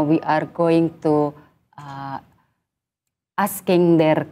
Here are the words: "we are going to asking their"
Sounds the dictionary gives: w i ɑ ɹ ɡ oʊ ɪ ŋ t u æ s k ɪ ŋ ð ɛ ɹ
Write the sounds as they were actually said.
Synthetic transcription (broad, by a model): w i ɑ ɹ ɡ oʊ ɪ ŋ t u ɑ s k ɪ ŋ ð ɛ ɹ